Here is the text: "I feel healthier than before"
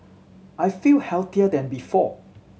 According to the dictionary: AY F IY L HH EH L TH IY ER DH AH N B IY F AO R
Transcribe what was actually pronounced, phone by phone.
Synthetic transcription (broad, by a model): AY F IY L HH EH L T IY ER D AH N B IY F AO